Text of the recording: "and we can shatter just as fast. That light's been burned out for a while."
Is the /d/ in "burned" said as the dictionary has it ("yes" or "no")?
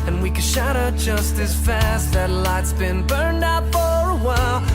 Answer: yes